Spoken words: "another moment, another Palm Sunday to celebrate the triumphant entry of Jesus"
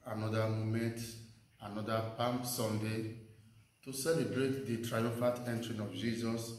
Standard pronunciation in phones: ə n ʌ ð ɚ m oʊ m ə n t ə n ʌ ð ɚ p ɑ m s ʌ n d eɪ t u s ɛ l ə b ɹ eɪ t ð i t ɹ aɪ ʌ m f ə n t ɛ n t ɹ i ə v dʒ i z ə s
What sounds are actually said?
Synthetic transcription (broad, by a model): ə n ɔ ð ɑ m oʊ m ə n t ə n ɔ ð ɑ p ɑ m s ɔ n d eɪ t u s ɛ l ə b ɹ eɪ t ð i t ɹ aɪ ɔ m f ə t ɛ n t ɹ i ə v dʒ i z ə s